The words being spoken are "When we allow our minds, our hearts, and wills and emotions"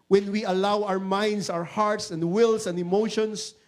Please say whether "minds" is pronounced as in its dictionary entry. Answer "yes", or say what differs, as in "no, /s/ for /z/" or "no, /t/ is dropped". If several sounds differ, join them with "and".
no, /s/ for /z/